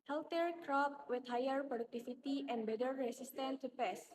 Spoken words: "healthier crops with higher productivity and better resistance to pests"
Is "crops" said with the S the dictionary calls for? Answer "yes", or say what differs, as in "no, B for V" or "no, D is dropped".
no, S is dropped